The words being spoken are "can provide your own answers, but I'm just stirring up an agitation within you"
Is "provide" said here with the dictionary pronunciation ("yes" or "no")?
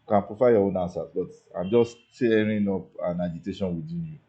no